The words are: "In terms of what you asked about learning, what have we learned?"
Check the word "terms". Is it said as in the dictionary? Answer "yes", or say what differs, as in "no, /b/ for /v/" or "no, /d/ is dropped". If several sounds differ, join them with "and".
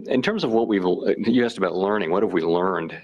yes